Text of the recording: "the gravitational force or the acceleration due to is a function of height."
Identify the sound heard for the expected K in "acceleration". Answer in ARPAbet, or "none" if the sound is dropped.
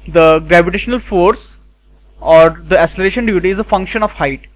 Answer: none